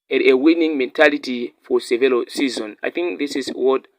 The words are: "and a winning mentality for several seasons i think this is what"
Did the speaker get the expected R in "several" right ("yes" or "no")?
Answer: no